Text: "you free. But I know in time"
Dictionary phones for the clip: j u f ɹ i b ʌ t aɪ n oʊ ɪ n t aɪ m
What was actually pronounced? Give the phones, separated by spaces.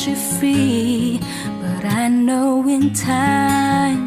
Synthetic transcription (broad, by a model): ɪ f i b ʌ t aɪ n oʊ ɪ n t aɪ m